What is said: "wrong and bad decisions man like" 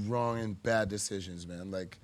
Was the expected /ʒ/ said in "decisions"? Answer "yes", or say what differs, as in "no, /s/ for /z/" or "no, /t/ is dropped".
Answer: yes